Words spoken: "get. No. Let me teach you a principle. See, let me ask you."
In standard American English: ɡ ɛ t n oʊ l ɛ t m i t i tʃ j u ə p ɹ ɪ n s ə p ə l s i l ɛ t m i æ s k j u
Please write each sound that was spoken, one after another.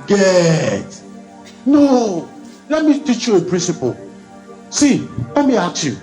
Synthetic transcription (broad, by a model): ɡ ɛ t n oʊ l ɛ t m i t i tʃ j u ə p ɹ ɪ n s ə p ə l s i l ɛ t m i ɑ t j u